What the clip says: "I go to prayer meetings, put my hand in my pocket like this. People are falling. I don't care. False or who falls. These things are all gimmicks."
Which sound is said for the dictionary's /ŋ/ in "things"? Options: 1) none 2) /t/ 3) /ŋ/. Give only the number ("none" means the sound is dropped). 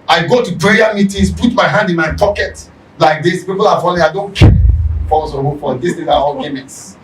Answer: 1